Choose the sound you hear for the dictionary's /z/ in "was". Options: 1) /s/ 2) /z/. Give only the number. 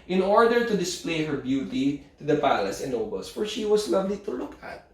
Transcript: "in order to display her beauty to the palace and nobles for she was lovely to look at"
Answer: 1